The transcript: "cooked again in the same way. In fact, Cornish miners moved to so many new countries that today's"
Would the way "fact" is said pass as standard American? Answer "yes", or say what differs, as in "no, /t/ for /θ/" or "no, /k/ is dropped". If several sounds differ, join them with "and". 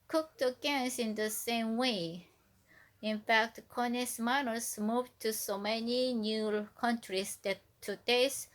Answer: yes